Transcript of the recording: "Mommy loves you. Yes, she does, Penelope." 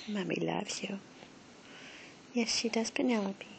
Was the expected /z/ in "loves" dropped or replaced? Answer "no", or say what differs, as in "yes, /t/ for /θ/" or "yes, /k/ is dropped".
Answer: yes, /z/ is dropped